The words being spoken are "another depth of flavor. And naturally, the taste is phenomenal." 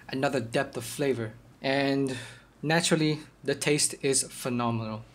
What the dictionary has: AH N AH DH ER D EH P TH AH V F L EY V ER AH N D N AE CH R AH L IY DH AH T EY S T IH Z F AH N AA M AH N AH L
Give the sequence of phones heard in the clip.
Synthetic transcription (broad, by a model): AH N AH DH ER D EH P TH AH V F L EY V ER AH N N AE CH R AH L IY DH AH T EY S T IH Z F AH N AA M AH N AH L